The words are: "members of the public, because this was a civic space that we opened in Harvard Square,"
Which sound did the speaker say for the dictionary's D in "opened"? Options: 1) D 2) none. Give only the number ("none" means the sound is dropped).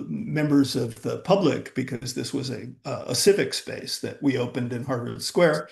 1